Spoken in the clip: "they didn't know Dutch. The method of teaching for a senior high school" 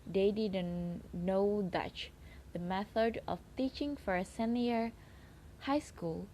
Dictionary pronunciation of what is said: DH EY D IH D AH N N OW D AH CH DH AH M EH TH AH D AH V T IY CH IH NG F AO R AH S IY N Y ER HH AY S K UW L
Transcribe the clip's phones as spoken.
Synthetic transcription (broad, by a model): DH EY D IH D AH N N OW D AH CH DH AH M EH TH AH D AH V T IY CH IH NG F AO R AH S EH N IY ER HH AY S K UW L